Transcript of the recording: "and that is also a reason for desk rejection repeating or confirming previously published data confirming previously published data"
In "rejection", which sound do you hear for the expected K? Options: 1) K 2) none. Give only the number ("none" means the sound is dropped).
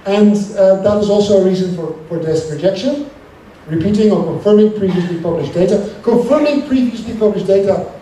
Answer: 1